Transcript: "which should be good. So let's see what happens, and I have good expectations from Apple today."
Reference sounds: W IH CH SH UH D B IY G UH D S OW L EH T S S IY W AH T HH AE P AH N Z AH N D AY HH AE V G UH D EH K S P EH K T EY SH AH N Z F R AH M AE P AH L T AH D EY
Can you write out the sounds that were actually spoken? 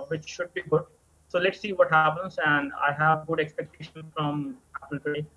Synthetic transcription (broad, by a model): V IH CH SH UH D B IY G UH D S OW L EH T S S IY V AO T HH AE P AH N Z AH N D AY HH AE V G UH D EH K S P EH K T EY SH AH N F R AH M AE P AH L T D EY